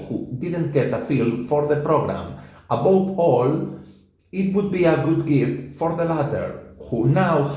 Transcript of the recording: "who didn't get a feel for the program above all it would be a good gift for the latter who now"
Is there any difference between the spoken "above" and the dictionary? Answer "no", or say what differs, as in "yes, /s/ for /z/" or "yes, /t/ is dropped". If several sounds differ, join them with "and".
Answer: yes, /w/ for /v/